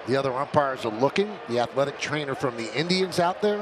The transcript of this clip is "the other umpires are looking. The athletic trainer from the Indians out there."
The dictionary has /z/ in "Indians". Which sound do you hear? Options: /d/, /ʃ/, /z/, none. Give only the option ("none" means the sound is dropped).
/z/